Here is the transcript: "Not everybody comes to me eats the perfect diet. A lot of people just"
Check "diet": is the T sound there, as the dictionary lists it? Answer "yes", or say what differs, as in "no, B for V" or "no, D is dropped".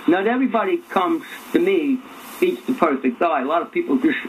no, T is dropped